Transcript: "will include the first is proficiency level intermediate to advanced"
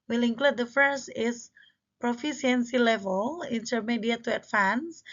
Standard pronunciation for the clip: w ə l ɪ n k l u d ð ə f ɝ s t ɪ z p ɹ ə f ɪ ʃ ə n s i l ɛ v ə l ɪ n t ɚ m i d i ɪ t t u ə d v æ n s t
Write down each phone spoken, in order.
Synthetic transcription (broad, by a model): w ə l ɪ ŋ k l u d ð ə f ɝ s t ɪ s p ɹ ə f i s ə n s i l ɛ v ə l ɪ n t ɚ m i d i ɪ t t u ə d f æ n s